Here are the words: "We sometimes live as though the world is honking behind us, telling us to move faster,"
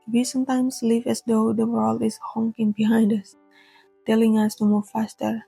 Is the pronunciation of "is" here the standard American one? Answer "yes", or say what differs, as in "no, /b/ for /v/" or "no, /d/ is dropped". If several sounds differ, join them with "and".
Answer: no, /s/ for /z/